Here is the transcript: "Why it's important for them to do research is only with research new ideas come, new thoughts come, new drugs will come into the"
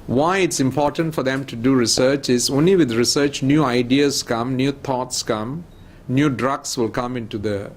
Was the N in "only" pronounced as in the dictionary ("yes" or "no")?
yes